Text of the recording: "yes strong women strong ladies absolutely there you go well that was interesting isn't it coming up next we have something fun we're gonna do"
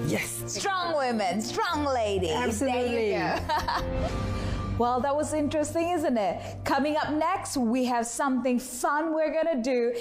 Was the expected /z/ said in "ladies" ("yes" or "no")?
no